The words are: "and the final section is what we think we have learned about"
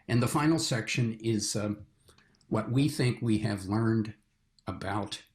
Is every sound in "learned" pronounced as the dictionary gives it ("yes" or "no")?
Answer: yes